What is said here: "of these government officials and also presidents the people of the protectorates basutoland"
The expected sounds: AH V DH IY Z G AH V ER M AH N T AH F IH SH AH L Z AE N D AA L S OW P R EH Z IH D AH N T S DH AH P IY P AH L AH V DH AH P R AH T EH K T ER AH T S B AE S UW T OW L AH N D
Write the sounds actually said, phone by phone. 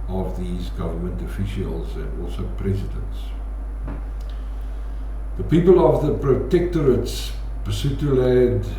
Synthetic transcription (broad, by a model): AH V DH IY Z G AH V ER M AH N T AH F IH SH AH L Z AE N D AA L S OW P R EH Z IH D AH N T S DH AH P IY P AH L AH V DH AH P R AH T EH K T ER AH T S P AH S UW T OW L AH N D